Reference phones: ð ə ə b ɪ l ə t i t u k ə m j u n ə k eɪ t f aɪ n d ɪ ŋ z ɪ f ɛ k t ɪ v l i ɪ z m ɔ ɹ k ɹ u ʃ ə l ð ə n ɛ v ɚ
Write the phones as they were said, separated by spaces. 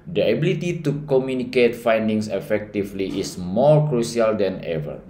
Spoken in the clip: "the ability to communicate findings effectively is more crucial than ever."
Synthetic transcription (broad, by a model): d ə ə b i l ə t i t u k ə m j u n ə k eɪ t f aɪ n d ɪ ŋ s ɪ f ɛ k t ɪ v l i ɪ s m ɔ ɹ k ɹ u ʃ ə l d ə n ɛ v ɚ